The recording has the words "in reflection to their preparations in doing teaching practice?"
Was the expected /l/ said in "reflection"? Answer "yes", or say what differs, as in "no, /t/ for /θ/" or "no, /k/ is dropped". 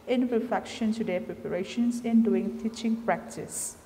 no, /l/ is dropped